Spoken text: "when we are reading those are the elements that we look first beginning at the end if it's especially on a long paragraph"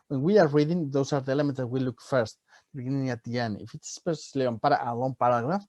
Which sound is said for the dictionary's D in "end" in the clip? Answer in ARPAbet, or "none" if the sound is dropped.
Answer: none